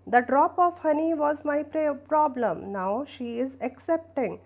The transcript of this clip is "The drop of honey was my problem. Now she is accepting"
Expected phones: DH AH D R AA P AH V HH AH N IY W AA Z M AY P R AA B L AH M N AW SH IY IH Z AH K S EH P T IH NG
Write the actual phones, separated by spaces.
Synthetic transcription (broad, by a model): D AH D R AA P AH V HH AH N IY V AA Z M AY P R AA B L AH M N AW SH IY IH Z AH K S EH P T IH NG